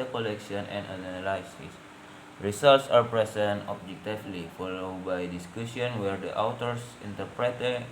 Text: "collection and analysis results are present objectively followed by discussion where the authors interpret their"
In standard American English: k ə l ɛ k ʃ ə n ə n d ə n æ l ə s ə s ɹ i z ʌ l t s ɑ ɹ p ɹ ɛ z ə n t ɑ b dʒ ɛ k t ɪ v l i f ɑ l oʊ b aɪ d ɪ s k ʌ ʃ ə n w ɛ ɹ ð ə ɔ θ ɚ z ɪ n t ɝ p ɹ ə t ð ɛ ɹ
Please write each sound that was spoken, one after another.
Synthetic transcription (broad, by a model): k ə l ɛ k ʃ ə n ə n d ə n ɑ l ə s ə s ɹ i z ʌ l t s ɑ ɹ p ɹ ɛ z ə n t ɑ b dʒ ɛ k t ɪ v l i f ɑ l oʊ b aɪ d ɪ s k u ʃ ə n w ɛ ɹ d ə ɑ t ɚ s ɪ n t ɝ p ɹ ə t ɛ